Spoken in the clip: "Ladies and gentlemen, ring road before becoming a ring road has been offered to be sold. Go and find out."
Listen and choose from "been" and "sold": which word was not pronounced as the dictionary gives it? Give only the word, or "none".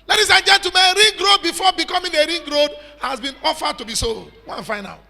none